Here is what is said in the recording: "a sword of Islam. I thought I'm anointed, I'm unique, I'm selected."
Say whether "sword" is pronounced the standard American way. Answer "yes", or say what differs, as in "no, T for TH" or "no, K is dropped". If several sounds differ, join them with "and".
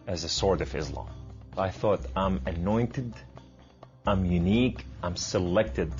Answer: yes